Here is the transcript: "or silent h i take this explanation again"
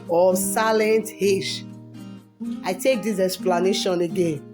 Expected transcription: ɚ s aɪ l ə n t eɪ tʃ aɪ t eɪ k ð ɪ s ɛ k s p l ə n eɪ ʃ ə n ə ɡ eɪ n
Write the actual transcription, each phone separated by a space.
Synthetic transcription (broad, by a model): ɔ s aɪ l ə n t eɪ ʃ aɪ t eɪ k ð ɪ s ɛ k s p l ə n eɪ ʃ ə n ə ɡ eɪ n